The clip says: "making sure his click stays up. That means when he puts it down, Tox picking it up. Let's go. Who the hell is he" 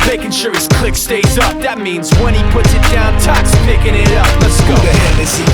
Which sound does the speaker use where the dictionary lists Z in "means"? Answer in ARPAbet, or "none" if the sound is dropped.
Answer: Z